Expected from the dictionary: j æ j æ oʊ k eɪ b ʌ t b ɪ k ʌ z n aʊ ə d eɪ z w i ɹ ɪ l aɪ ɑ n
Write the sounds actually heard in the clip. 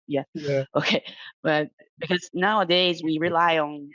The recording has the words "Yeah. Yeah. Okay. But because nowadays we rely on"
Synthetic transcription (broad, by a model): j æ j oʊ k eɪ b ʌ t b ɪ k ʌ z n aʊ ə d eɪ z w i ɹ ɪ l aɪ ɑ n